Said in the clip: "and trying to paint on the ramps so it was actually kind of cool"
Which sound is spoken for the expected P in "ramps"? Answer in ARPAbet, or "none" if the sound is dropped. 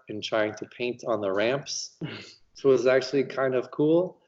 P